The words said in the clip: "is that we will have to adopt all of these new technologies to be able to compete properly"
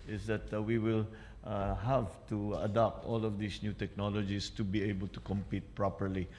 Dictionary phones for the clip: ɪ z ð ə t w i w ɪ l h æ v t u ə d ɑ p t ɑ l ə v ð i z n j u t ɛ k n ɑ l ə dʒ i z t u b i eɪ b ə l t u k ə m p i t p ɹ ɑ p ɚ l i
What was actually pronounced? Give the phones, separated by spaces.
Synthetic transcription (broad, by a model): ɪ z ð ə t w i w ɪ l h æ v t u ə d ɑ p t ɑ l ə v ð i s n j u t ɛ k n ɑ l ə dʒ i s t u b i eɪ b ə l t u k ə m p i t p ɹ ɑ p ɚ l i